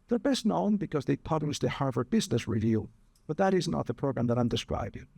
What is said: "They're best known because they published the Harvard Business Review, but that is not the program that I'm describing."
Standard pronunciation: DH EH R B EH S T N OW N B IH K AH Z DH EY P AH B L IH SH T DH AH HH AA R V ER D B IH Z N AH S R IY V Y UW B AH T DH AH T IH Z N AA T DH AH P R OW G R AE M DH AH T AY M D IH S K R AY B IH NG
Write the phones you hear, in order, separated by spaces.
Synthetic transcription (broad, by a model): DH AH R B EH S T N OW N B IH K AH Z DH EY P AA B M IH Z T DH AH HH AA R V ER B IH Z N AH S R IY V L B AH T DH AH T IH Z N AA T DH AH P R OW G R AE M DH AH T AY M D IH S K R AY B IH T